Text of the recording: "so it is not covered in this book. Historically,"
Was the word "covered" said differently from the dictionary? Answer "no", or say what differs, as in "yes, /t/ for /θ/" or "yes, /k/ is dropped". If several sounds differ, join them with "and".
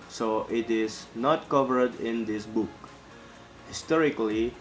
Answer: no